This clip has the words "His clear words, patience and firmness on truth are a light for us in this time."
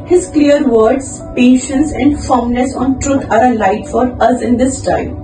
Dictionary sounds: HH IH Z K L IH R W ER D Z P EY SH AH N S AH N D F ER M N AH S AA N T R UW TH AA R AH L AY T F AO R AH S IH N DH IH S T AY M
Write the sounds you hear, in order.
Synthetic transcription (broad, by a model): HH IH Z K L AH R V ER D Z P EY SH AH N S AH N D F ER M N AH S AA N T R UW T AA R AH L AY T F AO R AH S IH N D IH S T AY M